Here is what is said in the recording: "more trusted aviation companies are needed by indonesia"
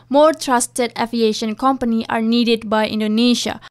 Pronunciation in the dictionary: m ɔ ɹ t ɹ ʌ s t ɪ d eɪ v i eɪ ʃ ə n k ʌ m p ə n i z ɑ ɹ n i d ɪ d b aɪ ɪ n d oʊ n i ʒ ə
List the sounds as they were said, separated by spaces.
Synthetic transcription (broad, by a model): m ɔ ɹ t ɹ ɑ s t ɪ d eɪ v i eɪ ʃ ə n k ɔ m p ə n i ɑ ɹ n i d ɪ d b aɪ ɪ n d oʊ n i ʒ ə